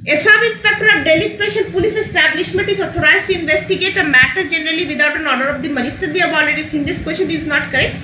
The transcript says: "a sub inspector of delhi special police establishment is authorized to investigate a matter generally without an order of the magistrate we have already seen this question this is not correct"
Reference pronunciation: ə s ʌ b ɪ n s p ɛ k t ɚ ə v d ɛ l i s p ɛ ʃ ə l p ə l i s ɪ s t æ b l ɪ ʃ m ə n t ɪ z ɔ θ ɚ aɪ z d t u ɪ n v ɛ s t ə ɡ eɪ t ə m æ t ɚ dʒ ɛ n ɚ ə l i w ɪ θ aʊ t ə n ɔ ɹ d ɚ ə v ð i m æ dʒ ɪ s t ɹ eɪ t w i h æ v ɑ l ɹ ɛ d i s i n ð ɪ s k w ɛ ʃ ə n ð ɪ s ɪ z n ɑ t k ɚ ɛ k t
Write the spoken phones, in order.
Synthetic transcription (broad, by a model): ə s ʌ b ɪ s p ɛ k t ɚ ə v d ɛ l i s p ɛ ʃ ə l p ə l i s ɪ s t æ b l ɪ ʃ m ə n t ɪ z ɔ t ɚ aɪ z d t u ɪ n v ɛ s t ə ɡ eɪ t ə m æ t ɚ dʒ ɛ n ɚ ə l i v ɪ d aʊ t ə n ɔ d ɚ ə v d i m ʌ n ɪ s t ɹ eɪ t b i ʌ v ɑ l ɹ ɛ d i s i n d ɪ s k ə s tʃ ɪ ɪ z n ɑ t k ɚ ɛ k t